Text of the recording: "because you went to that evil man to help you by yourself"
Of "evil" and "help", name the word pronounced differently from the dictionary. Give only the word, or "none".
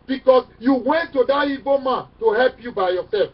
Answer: evil